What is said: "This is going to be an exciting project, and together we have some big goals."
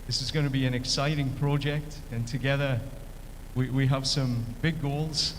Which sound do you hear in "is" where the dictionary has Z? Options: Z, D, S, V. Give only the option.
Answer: Z